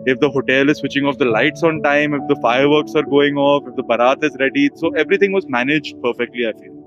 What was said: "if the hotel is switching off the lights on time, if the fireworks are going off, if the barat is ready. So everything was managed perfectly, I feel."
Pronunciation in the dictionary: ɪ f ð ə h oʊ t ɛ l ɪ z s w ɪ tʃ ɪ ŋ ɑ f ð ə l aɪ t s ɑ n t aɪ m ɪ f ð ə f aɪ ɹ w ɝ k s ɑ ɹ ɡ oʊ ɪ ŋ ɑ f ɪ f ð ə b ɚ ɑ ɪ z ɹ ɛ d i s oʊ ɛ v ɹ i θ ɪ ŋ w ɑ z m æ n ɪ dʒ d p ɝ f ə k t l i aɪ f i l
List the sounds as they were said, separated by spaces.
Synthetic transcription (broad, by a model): ɪ f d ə h oʊ t ɛ l ɪ z s w ɪ tʃ ɪ ŋ ɑ f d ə l aɪ t s ɑ n t aɪ m ɪ f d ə f aɪ ɹ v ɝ k s ɑ ɹ ɡ oʊ ɪ ŋ ɑ f ɪ f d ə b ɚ ɑ ɪ z ɹ ɛ d i s oʊ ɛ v ɹ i t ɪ ŋ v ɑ z m æ n ɪ dʒ d p ɝ f ə k t l i aɪ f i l